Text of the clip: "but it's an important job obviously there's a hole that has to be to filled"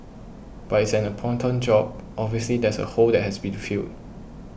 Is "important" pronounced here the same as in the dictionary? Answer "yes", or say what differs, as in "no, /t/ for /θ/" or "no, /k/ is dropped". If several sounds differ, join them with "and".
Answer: no, /m/ is dropped